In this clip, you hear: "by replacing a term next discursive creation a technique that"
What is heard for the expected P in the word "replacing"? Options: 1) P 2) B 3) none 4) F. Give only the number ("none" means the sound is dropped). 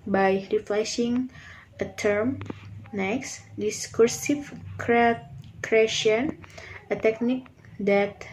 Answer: 4